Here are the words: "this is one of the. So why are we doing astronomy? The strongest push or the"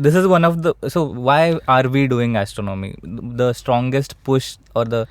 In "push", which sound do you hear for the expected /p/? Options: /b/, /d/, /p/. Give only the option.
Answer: /p/